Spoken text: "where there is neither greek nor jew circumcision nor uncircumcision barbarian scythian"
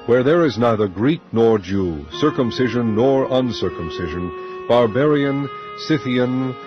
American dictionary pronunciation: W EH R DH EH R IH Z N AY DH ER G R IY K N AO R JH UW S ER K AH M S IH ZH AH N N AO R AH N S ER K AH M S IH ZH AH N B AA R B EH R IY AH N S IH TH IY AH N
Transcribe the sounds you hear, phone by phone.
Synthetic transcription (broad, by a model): W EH R DH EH R IH Z N AY DH ER G R IY K N AO R JH UW S ER K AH M S IH ZH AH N N AO R AH N S ER K AH M S IH ZH AH N B AA R B EH R IY AH N S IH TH IY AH N